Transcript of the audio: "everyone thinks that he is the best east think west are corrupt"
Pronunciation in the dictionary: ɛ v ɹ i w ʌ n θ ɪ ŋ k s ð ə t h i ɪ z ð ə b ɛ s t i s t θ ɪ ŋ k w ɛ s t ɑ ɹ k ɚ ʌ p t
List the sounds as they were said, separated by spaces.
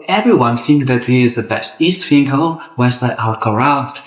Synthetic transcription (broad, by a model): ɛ v ɹ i w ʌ n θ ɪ ŋ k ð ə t h i ɪ z ð ə b ɛ s t i s t f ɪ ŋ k w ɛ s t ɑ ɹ k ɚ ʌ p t